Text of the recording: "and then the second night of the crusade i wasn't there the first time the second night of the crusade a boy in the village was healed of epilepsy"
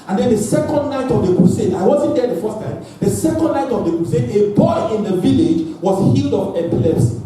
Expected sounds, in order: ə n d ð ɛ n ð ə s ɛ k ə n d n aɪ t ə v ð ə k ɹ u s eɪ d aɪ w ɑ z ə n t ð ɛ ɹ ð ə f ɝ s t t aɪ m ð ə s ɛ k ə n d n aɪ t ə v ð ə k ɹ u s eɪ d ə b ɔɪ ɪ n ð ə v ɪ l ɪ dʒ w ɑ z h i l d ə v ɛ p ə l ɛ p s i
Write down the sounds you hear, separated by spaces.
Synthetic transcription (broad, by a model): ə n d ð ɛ n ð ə s ɛ k ə n d n aɪ t ə v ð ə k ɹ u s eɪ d aɪ w ɑ z ə n t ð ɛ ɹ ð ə f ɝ s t t aɪ m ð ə s ɛ k ə n d n aɪ t ə v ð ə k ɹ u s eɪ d ə b ɔɪ ɪ n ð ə v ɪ l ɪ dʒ w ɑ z h i l d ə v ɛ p l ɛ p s